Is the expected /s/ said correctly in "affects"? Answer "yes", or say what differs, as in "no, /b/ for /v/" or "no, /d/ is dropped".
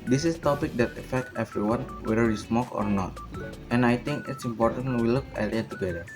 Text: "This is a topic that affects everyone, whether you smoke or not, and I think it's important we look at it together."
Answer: no, /s/ is dropped